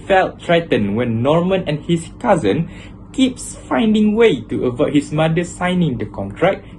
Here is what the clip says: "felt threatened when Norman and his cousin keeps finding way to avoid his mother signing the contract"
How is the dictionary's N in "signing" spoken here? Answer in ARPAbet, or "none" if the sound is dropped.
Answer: N